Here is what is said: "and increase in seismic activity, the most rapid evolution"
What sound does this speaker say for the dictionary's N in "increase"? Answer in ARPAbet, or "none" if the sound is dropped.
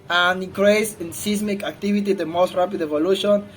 none